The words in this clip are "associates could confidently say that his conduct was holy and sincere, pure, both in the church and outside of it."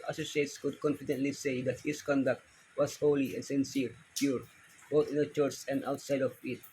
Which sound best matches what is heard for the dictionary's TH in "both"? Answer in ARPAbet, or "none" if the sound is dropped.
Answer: T